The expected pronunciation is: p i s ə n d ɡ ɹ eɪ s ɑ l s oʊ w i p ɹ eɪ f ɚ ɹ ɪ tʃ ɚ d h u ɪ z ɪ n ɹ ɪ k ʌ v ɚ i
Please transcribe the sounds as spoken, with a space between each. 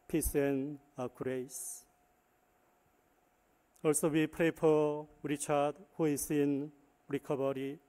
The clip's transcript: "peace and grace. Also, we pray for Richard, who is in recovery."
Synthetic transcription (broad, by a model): p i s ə n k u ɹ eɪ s ɑ l s oʊ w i p ɹ eɪ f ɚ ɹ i tʃ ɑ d h u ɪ s ɪ n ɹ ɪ k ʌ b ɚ i